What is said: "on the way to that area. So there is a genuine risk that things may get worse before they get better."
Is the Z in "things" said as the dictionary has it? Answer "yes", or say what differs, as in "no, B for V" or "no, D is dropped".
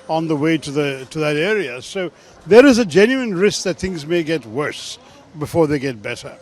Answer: yes